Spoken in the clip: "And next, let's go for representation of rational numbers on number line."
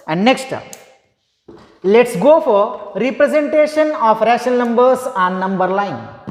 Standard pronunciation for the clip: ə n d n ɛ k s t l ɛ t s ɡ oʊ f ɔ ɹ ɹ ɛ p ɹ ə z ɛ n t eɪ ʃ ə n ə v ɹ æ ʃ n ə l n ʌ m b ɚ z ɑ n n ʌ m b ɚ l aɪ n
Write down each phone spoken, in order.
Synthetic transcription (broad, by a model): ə n d n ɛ k s t l ɛ t s ɡ oʊ f ɔ ɹ ɹ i p ɹ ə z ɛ n t eɪ ʃ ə n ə f ɹ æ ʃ ə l n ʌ m b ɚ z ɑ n n ʌ m b ɚ l aɪ n